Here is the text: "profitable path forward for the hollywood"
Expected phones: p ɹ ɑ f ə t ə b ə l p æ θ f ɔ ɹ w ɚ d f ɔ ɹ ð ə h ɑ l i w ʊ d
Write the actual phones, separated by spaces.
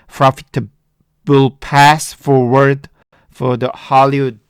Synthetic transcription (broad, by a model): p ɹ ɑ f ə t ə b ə l p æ s f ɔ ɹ w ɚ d f ɔ ɹ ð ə h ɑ l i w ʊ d